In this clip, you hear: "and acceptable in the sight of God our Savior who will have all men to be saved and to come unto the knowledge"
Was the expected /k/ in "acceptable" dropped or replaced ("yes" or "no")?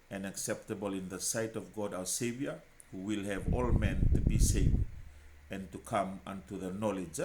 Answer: no